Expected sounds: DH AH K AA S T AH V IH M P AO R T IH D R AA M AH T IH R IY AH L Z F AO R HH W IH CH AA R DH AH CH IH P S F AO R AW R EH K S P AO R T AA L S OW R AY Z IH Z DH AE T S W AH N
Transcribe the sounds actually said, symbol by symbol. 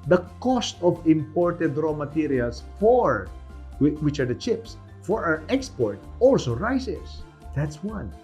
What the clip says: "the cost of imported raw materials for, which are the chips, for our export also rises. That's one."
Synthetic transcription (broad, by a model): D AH K AA S T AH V IH M P AO R T IH D R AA M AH T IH R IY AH L S F AO R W W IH CH AA R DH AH CH IH P S F AO R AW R EH K S P AO R T AA L S OW R AY S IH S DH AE T S W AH N